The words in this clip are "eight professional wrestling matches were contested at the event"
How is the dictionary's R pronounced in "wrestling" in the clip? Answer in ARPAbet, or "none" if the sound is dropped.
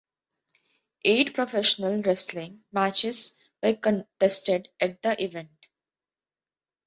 R